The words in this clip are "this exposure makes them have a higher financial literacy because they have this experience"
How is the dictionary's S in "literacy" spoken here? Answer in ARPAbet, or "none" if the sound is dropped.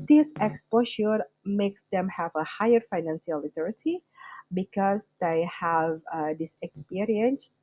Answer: S